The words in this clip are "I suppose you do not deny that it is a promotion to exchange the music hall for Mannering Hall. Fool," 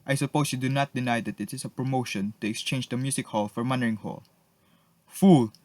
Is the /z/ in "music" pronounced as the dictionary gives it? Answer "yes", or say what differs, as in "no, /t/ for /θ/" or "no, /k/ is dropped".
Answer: no, /s/ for /z/